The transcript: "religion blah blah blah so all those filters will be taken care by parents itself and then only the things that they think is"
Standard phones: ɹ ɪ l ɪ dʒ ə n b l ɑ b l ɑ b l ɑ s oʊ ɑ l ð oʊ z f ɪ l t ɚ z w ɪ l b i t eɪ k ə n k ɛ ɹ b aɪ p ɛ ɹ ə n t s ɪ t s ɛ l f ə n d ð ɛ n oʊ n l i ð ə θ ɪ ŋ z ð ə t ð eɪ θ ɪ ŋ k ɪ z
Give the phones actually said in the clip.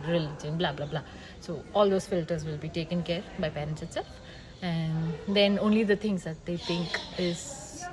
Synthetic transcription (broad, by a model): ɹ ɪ l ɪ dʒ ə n b l ɑ b l ɑ b l ɑ s oʊ ɑ l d oʊ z f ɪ l t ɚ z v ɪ l b i t eɪ k ə n k ɛ ɹ b aɪ p ɛ ɹ ə n t s ɪ t s ɛ l f ə n d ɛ n oʊ n l i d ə t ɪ ŋ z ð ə t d eɪ t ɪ ŋ k ɪ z